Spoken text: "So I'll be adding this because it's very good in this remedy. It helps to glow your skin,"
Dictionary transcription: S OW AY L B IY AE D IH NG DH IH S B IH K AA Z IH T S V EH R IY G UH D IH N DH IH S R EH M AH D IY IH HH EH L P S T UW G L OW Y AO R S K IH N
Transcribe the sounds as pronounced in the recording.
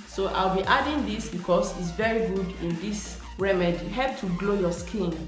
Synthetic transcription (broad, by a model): S OW AY L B IY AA D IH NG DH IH S B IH K AA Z IH T S V EH R IY G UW D IH N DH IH S R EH M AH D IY HH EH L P T UW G L OW Y AO S K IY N